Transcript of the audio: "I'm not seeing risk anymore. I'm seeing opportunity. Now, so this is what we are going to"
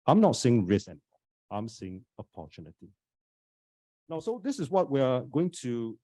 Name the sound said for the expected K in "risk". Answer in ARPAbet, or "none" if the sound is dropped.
none